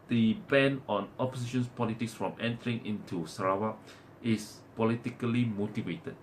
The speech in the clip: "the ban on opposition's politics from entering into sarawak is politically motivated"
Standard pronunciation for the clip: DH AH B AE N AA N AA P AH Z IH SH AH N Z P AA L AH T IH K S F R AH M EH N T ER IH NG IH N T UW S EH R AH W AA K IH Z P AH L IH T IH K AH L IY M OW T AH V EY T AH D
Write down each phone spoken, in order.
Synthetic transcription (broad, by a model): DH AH B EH N AA N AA P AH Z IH SH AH N S P AA L AH T IH K S F R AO M EH N T ER IH NG IH N T UW S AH R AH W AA IH S P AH L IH T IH K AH L IY M OW T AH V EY T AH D